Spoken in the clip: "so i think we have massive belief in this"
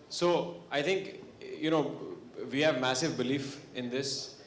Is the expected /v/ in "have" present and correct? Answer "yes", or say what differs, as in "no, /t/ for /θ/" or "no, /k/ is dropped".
yes